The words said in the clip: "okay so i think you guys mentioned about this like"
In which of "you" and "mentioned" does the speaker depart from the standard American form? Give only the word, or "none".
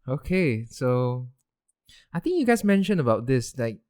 mentioned